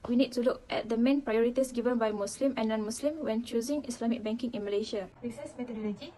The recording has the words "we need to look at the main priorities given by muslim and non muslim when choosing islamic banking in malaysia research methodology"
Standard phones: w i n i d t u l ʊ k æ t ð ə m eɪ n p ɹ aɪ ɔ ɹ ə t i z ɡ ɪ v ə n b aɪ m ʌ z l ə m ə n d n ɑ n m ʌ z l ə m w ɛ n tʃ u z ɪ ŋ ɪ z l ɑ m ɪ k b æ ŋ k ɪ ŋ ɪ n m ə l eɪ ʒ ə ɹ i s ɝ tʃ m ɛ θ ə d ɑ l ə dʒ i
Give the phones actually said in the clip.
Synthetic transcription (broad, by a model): w i n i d t u l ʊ k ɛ t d ə m eɪ n p ɹ aɪ ɔ ɹ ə t i s ɡ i v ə n b aɪ m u s l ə m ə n n ɑ n m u s l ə m w ɛ n tʃ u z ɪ ŋ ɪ s l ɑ m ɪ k b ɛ ŋ k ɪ ŋ ɪ n m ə l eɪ ʃ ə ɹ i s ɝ s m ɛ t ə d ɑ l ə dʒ i